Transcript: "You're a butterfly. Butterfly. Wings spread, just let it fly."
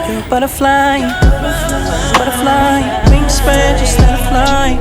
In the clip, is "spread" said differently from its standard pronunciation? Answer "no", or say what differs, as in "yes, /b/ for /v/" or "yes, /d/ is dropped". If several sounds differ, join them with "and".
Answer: yes, /ɹ/ is dropped